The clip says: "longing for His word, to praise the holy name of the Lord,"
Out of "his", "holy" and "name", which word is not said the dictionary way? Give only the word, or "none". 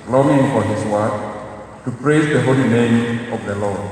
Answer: his